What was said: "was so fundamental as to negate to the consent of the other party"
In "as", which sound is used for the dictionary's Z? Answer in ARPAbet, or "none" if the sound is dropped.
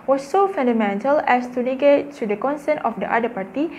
S